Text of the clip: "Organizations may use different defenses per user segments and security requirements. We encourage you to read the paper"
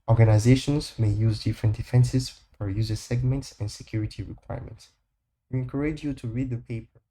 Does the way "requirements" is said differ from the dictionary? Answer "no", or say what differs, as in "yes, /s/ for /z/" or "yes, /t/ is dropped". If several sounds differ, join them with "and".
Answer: no